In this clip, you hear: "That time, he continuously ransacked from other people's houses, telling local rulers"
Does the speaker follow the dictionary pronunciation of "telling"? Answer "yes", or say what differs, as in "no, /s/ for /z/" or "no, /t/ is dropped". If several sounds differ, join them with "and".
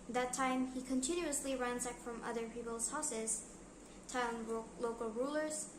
no, /l/ is dropped